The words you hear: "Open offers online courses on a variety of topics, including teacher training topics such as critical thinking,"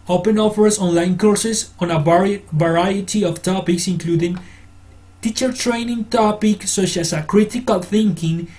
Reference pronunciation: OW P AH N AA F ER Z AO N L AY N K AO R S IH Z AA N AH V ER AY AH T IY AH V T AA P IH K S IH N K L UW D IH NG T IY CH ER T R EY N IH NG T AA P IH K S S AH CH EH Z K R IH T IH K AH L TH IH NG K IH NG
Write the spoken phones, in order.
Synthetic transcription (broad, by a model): OW P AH N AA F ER S AO N L AY N K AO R S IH S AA N AH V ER AY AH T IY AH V T AA P IH K S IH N K L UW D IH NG T IY CH ER T R EY N IH NG T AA P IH K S S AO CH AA S K R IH T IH K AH L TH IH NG K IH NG